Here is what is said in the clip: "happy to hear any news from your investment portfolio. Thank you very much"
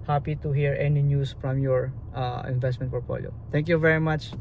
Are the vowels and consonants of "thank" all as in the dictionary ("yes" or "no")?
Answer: no